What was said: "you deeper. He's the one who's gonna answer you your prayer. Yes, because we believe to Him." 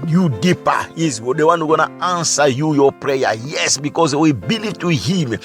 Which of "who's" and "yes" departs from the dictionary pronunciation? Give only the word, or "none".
who's